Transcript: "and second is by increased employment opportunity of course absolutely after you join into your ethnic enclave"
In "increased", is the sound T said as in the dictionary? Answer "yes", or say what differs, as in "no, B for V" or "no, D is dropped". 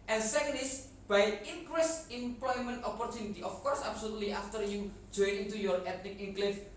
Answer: no, T is dropped